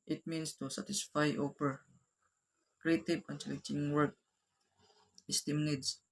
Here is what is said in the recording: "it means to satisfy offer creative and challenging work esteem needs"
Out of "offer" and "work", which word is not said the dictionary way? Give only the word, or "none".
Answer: offer